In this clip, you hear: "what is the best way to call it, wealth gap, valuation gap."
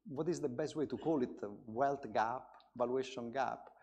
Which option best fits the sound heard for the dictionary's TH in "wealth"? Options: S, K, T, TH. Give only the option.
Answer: T